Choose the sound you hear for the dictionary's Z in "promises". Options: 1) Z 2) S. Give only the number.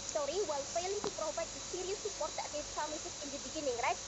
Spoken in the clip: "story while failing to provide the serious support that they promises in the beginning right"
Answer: 2